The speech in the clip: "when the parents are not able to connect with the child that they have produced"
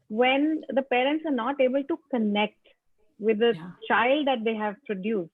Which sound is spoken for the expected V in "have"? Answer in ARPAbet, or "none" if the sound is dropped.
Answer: V